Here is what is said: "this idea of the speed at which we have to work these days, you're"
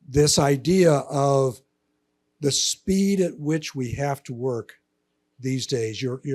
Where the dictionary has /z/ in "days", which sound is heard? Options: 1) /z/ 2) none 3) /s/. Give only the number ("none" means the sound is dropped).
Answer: 1